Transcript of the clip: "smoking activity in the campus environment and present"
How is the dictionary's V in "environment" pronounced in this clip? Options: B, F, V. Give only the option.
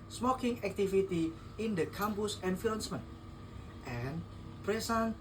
F